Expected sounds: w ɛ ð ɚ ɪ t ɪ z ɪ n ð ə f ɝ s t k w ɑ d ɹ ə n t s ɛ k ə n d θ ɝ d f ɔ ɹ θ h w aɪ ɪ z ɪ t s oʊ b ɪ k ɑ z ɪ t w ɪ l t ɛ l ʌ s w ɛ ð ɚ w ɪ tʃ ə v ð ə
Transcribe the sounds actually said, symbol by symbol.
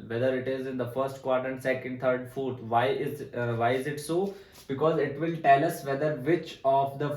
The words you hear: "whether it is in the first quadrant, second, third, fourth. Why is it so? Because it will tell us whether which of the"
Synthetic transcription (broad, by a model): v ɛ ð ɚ ɪ t ɪ z ɪ n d ə f ɝ s t k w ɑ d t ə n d s ɛ k ə n d t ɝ d f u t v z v aɪ ɪ z ɪ t s oʊ b ɪ k ɑ z ɪ t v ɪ l t ɛ l ʌ s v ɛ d ɚ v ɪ tʃ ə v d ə